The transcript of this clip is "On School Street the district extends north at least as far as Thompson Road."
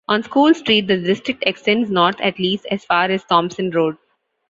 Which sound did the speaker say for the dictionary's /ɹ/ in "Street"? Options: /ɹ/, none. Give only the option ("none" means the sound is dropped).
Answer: /ɹ/